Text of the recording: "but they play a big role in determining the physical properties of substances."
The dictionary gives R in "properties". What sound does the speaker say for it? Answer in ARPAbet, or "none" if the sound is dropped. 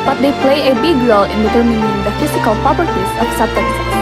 none